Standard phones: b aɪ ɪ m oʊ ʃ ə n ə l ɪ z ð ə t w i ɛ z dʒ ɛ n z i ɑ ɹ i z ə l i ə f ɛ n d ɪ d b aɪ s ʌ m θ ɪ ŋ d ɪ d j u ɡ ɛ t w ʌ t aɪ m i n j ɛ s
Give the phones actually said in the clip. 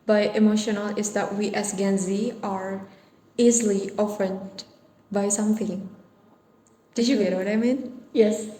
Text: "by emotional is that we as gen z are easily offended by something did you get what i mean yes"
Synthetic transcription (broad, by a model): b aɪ ɪ m oʊ ʃ ə n ə l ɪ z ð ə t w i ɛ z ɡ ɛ n z i ɑ ɹ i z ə l i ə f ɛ n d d b aɪ s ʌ m f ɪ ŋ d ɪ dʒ j u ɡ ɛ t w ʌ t aɪ m i n j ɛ s